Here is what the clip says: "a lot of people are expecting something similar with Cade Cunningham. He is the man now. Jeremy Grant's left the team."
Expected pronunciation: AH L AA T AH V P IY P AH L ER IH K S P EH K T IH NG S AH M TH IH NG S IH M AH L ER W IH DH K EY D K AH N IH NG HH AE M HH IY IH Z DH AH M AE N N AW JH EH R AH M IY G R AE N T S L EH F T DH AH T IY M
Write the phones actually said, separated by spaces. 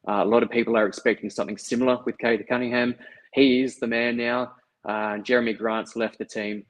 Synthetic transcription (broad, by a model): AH L AA T AH V P IY P L ER IH K S P EH K T IH NG S AH M TH IH NG S IH M L ER W IH DH K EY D K AH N IH NG HH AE M HH IY IH Z DH AH M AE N N AW JH EH R AH M IY G R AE N T S L EH F T DH AH T IY M